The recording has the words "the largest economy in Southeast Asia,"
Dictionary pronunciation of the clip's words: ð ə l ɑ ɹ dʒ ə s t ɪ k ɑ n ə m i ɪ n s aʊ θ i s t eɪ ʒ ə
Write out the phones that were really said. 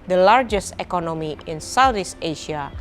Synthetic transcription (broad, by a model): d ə l ɑ ɹ dʒ ə s t ɪ k ɑ n ə m i ɪ n s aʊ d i s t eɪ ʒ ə